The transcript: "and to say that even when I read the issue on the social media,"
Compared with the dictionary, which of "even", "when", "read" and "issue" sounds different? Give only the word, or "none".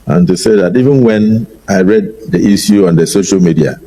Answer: issue